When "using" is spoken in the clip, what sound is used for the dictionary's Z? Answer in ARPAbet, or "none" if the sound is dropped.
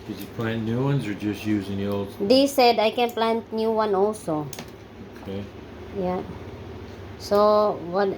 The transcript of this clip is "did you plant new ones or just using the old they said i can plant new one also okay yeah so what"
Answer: Z